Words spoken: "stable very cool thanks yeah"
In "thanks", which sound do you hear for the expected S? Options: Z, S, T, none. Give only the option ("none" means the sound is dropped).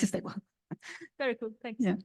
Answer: none